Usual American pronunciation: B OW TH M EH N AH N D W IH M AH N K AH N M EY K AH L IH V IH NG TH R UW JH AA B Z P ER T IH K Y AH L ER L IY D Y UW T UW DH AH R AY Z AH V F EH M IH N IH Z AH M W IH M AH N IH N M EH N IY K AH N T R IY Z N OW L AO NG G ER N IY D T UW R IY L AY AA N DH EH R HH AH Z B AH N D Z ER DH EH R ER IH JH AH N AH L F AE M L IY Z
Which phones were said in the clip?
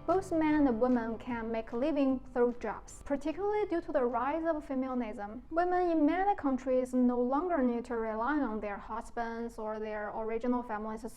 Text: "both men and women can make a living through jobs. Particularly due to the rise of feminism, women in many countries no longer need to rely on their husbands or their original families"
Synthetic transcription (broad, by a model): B OW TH M EH N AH N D W IH M AH N K AH N M EY K L IH V IH NG TH R UW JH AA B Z P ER T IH K Y L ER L IY D Y UW T UW DH AH R AY Z AH V F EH M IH N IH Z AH M W IH M AH N IH N M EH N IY K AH N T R IY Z N OW L AO NG G ER N IY D T UW R IY L AY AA N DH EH R HH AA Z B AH N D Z ER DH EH R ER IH JH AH N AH L F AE M L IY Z